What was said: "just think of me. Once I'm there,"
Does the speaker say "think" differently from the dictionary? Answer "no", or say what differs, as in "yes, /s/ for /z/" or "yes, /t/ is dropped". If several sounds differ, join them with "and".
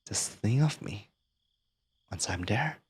yes, /k/ is dropped